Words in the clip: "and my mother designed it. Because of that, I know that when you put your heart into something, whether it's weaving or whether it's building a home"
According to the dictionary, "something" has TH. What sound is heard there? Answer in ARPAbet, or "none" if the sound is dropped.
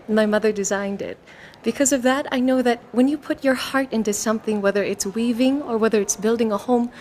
TH